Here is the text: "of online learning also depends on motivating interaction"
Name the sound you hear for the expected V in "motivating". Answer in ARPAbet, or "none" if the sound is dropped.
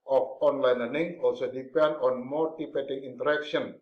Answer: P